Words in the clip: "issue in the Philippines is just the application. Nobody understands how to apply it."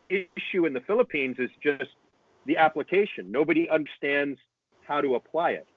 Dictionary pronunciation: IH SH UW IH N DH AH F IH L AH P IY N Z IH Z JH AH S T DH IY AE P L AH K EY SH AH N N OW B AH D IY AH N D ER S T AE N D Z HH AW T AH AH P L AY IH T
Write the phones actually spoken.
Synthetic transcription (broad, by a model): IH SH UW IH N DH AH F IH L AH P IY N Z IH Z JH AH S T DH IY AE P L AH K EY SH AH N N OW B AH D IY AH N D ER S T AE N D Z HH AW T AH AH P L AY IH T